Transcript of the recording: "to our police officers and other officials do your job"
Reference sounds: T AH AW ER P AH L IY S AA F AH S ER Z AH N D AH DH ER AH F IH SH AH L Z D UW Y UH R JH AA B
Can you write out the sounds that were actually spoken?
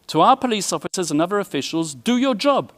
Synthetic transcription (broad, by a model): T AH AW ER P AH L IY S AA F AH S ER Z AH N AH DH ER AH F IH SH AH L Z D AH Y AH JH AA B